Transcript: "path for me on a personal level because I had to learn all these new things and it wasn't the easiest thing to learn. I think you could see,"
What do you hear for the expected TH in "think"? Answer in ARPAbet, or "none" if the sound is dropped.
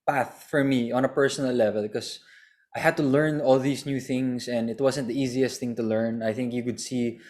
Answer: TH